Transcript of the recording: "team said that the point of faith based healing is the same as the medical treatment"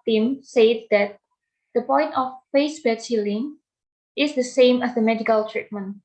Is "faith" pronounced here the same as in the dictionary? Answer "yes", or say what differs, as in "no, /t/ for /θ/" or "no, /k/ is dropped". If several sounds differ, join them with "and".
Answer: no, /s/ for /θ/